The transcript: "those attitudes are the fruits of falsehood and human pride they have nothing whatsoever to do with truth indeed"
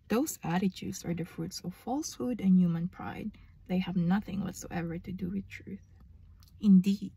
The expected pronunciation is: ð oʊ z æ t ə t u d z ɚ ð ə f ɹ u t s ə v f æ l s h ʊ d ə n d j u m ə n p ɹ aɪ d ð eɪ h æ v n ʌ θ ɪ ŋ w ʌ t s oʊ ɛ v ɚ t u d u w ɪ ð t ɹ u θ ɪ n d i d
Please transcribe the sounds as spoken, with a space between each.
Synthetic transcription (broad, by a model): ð oʊ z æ t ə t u d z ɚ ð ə f ɹ u t s ə v f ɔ l s h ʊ d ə n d j u m ə n p ɹ aɪ d ð eɪ h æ v n ʌ θ ɪ ŋ w ʌ t s oʊ ɛ v ɚ t u d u w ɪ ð t ɹ u θ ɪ n d i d